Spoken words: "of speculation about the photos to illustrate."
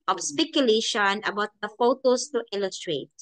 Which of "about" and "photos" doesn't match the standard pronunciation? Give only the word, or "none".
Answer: photos